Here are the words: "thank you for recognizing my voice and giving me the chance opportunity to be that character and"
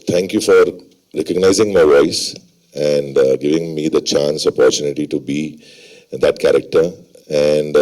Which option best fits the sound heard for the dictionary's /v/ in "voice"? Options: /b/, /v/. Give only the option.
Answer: /v/